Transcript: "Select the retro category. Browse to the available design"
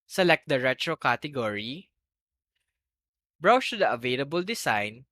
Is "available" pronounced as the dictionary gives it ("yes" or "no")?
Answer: yes